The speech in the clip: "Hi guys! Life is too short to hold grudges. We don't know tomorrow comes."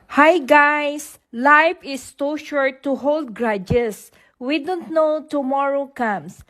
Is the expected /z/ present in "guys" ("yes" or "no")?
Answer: no